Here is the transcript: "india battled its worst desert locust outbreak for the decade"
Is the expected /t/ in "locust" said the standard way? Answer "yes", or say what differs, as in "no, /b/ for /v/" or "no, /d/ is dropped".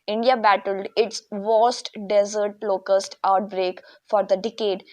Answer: yes